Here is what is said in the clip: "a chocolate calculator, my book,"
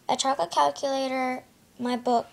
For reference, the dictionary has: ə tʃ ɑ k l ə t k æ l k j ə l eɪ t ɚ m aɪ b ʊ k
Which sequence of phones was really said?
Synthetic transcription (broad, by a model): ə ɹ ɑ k ə k æ l k j ə l eɪ t ɚ m aɪ b ʊ k